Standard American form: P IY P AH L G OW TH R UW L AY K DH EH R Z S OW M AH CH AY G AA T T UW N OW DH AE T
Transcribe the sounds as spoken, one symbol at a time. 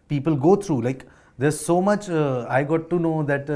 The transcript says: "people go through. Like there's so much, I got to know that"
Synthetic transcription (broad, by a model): P IY P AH L G OW T R UW L AY K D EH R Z S OW M AH CH AY G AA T T UW N OW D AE T